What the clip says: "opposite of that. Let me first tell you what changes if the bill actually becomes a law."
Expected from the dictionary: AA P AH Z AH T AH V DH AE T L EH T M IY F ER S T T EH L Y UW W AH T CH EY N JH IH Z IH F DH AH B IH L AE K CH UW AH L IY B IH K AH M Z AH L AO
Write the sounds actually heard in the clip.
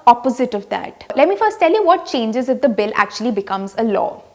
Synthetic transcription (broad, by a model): AA P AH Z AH T AH V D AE T L EH T M IY F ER S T T EH L Y UW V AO T CH EY N JH IH Z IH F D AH B IH L AE K CH UW AH L IY B IH K AH M Z AH L AO